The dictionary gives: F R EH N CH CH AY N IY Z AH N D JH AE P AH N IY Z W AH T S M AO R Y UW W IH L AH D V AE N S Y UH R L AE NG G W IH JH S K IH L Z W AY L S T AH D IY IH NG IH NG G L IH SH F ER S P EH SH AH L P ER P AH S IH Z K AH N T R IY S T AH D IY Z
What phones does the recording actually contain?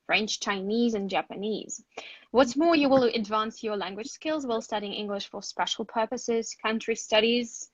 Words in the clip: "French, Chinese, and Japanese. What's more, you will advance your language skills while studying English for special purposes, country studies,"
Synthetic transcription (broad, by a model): F R EH N CH CH AY N IY Z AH N JH AE P AH N IY Z W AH T S M AO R Y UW W IH L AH D V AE N S Y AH R L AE NG G W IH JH S K IH L Z W AY L S T AH D IY IH NG IH NG G L IH SH F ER S P EH SH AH L P ER P AH S IH Z K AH N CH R IY S T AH D IY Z